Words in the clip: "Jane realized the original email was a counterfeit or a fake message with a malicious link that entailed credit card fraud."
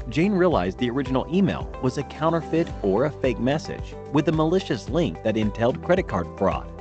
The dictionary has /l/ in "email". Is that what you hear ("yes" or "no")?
yes